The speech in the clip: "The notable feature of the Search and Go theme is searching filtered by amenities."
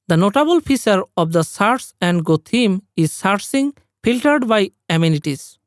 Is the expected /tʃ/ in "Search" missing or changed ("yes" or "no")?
yes